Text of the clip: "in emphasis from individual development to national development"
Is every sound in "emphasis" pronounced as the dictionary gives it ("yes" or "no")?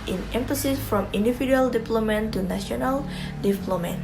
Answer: yes